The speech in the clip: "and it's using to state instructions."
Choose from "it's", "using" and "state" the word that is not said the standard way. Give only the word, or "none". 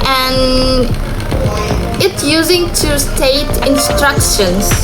none